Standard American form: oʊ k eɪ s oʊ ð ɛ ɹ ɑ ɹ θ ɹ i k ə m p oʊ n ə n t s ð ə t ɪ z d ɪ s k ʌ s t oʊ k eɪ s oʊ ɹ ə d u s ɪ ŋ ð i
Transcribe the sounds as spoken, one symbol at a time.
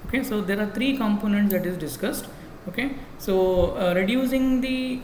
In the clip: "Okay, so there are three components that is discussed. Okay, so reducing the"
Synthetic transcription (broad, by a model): oʊ k eɪ s oʊ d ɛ ɹ ɑ ɹ t ɹ i k ə m p oʊ n ə n t s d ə t ɪ z d ɪ s k ʌ s t oʊ k eɪ s oʊ ɹ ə d u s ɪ ŋ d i